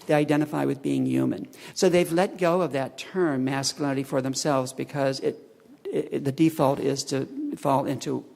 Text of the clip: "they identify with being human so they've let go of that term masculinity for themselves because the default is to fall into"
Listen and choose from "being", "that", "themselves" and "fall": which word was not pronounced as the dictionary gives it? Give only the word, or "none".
none